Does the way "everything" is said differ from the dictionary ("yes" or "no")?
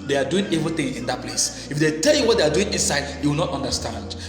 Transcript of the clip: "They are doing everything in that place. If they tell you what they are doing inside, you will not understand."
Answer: yes